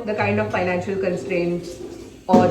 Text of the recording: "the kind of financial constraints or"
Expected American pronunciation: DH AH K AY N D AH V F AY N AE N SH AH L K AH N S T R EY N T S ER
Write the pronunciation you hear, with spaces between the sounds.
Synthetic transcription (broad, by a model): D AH K AY N D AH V F AY N AE N SH AH L K AH N S T R EY N T S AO